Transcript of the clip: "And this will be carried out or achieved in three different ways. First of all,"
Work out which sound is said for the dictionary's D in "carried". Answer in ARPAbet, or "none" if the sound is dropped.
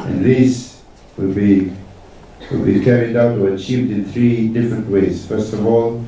D